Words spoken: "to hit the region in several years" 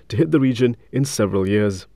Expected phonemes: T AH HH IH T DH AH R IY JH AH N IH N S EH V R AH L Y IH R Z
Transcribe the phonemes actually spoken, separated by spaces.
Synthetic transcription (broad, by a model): T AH HH IH T DH AH R IY JH AH N IH N S EH V R AH L Y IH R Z